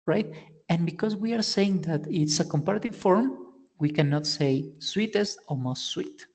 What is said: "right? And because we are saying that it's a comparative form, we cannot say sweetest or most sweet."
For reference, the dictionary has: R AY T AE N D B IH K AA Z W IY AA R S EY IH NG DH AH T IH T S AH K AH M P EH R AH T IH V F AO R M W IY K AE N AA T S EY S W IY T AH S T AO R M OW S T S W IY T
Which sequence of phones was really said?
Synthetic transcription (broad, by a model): R AY T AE N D B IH K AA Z W IY AA R S EY IH NG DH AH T IH T S AH K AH M P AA R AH T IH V F AO R M W IY K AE N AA T S EY S W IY T AH S T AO L M OW S T S W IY T